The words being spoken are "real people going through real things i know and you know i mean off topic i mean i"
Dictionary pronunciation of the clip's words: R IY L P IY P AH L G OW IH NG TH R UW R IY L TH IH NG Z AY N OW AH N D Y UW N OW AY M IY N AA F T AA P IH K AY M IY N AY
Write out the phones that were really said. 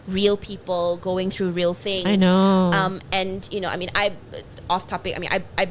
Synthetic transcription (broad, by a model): R IY L P IY P AH L G OW IH NG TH R UW R IY L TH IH NG AY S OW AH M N Y UW N OW AY M IY N AA F T AA P IH K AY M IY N AY